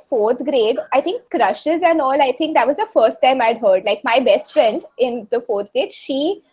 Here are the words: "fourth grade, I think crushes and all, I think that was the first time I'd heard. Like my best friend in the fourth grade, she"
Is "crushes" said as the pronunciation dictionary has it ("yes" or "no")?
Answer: yes